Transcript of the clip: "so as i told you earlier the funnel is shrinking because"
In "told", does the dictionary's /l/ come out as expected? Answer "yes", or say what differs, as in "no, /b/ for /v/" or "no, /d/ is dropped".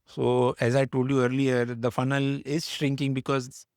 yes